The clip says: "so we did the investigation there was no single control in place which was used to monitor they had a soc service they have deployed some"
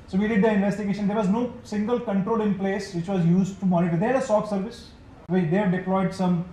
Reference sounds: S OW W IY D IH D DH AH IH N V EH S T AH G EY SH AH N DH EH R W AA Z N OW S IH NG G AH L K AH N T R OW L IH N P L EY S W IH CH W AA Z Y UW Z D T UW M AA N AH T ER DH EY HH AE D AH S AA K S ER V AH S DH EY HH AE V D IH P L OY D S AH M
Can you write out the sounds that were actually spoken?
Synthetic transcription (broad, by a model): S OW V IY D IH D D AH IH N V EH S T AH G EY SH AH N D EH R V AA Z N OW S IH NG G AH L K AH N T R OW L IH N P L EY S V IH CH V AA Z Y UW Z D T UW M AA N AH T ER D EY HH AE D AH S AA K S ER V AH S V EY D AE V D IH P L OY D S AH M